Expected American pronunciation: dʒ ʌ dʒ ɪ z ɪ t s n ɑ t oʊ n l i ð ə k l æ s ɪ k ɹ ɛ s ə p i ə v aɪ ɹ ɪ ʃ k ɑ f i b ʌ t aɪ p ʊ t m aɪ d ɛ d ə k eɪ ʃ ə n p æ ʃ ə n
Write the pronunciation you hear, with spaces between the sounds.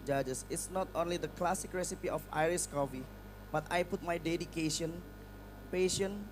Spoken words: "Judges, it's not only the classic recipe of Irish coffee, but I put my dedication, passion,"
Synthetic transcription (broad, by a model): dʒ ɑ dʒ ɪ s ɪ t s n ɑ t oʊ n l i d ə k l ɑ s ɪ k ɹ ɛ s ə p i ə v aɪ ɹ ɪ s k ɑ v i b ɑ t aɪ p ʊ t m aɪ d ɛ d ə k eɪ ʃ ə n p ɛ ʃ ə n